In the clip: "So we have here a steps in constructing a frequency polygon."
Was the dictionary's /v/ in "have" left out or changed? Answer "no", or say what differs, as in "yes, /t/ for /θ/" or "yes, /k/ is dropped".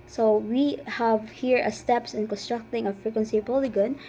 no